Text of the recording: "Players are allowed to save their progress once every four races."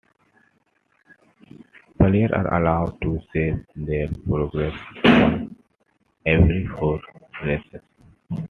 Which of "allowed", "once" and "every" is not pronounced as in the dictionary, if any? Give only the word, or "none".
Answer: once